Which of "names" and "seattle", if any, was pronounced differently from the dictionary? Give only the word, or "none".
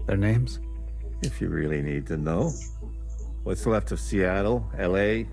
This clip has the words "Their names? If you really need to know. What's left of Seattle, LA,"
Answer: none